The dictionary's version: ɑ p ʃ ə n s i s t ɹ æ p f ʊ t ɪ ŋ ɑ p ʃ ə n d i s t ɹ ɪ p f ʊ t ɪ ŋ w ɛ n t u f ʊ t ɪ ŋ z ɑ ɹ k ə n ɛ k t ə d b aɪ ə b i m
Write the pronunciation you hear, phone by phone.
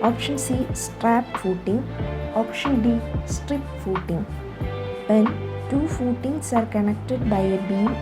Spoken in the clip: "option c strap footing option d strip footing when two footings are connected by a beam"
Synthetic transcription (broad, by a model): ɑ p ʃ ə n s i s t ɹ æ p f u t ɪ ŋ ɑ p ʃ ə n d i s t ɹ ɪ p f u t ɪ ŋ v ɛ n t u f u t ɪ ŋ s ɑ ɹ k ə n ɛ k t ə d b aɪ ə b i